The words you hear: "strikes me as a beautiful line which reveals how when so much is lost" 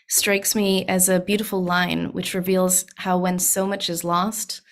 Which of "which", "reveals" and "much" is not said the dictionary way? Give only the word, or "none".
none